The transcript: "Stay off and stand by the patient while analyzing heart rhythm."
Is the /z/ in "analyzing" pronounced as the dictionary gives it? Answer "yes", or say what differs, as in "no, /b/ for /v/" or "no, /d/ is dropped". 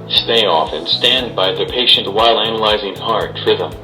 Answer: yes